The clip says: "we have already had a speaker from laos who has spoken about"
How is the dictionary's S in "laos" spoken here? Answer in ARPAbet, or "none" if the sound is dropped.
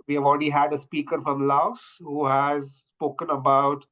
S